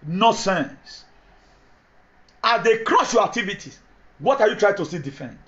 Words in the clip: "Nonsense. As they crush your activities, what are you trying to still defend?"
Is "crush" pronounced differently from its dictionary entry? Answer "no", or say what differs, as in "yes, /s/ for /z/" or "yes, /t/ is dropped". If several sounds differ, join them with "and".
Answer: yes, /s/ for /ʃ/